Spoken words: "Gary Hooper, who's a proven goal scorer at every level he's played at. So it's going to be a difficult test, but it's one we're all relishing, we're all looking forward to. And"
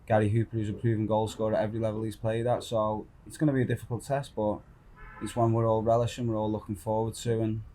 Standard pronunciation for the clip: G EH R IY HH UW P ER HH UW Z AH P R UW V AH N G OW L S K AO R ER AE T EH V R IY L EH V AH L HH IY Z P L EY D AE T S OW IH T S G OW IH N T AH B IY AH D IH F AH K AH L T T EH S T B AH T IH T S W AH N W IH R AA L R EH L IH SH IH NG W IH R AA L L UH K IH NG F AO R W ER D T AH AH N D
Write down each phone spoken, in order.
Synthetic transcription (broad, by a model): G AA R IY HH UW P ER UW Z AH P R UW V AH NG G OW L S K AO R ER T EH V R IY L EH V AH L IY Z P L EY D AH T S OW IH T S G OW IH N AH B IY AH D IH F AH K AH L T T EH S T B AH T IH T S W AH N W IH R AA L R EH L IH SH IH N W IH R AA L L UH K IH NG F AO W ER D T AH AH N